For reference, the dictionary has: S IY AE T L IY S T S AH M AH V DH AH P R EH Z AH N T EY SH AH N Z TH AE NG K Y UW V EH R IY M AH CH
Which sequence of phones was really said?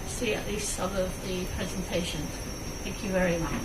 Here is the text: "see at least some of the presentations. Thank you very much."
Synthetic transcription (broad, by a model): S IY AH T L IY S T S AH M AH V DH AH P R EH Z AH N T EY SH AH N TH AE NG K Y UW V EH R IY M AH CH